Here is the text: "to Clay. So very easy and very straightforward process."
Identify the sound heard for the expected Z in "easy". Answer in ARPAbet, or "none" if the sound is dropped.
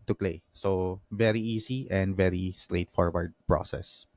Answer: S